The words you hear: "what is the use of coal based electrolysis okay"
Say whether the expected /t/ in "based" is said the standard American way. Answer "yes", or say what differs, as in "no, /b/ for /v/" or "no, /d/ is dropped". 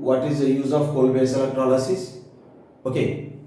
no, /t/ is dropped